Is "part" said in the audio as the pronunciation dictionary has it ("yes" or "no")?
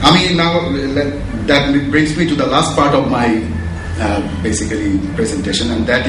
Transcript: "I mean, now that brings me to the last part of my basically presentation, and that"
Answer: yes